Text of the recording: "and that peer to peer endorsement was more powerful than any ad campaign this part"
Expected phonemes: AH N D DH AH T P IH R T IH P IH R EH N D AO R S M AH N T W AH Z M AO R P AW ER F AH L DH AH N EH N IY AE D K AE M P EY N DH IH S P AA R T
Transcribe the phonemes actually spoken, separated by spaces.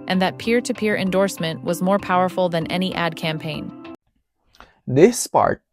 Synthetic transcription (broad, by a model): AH N DH AH T P IH R T IH P IH R EH N D AO R S M AH N T W AH Z M AO R P AW ER F L DH AH N EH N IY AE D K AE M P EY N DH IH S P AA R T